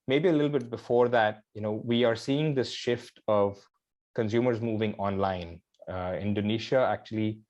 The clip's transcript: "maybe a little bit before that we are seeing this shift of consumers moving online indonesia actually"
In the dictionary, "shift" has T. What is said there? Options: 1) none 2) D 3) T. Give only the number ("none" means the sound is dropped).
3